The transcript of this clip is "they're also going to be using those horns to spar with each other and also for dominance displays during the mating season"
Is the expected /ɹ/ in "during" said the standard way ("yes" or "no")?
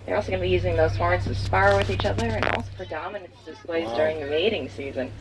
yes